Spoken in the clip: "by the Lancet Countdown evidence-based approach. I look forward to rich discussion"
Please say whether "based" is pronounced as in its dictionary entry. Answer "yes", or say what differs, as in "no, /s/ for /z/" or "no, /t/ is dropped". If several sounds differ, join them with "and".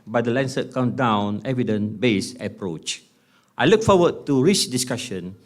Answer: no, /t/ is dropped